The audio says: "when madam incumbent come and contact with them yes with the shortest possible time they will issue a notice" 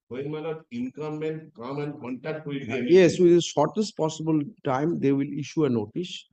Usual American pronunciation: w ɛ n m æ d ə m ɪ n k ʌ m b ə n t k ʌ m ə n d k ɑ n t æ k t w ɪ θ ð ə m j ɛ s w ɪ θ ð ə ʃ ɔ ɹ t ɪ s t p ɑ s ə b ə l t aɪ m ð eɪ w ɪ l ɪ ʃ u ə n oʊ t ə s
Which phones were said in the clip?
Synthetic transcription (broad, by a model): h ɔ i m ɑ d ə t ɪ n k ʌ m ə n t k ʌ m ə n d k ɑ n t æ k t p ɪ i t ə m j ɛ s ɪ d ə ʃ ɔ ɹ t ɪ s t p ɑ s ə b ə l t aɪ m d eɪ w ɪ l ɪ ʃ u ə n oʊ t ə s